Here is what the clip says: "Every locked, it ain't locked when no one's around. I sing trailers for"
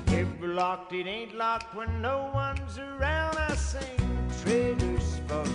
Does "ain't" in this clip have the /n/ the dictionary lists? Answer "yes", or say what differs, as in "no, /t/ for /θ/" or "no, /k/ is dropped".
yes